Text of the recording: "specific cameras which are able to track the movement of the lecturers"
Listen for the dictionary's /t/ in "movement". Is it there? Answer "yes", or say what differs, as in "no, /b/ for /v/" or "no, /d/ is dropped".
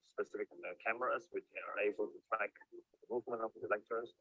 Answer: no, /t/ is dropped